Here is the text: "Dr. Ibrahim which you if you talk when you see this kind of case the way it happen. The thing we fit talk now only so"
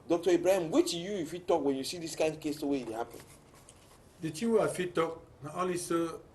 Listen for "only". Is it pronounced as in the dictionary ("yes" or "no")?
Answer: no